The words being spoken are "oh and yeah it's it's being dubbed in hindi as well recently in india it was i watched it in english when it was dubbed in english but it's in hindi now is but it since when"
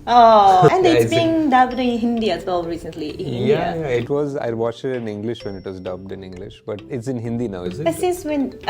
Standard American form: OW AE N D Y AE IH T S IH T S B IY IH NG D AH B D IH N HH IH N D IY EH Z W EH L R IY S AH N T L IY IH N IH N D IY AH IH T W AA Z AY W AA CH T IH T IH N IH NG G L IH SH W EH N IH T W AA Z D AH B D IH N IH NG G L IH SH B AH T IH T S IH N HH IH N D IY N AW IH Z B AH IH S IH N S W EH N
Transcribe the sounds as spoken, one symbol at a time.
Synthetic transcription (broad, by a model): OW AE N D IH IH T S B IY IH NG D AH B D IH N HH IH N D IY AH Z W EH L R IY S AH N T L IY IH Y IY IH T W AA Z AY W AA CH IH T IH N IH NG G L IH SH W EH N IH T W AA Z D AH B D IH N IH NG G L IH SH B AH T IH T S IH N HH IH N D IY N AW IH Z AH IH S IH N S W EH N